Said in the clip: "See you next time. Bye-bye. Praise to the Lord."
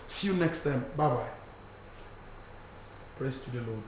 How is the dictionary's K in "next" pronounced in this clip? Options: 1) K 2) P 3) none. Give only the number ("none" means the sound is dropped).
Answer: 1